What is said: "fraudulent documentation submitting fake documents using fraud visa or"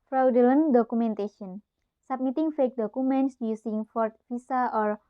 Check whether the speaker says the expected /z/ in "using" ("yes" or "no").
no